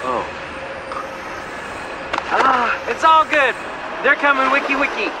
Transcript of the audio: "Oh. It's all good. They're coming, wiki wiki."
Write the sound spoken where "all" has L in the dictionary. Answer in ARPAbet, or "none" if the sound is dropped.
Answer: L